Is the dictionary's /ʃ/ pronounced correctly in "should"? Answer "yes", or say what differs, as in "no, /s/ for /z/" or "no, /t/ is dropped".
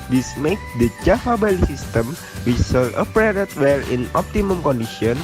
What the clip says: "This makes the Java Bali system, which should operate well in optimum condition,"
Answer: no, /s/ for /ʃ/